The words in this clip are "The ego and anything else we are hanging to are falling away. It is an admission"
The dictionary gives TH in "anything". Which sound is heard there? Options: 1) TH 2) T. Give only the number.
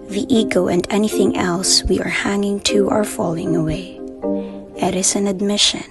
1